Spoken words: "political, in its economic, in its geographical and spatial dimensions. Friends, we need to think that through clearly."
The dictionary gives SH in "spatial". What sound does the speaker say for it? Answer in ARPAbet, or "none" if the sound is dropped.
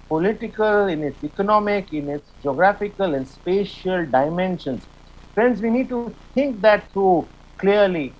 SH